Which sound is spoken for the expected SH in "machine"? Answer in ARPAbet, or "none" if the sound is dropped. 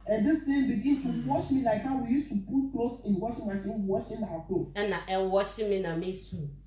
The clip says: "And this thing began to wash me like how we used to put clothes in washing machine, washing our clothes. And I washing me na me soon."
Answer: S